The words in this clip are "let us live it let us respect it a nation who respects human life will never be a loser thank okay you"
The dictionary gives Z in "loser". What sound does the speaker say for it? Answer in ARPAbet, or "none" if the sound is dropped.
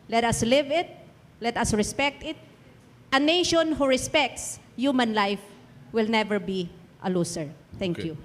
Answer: S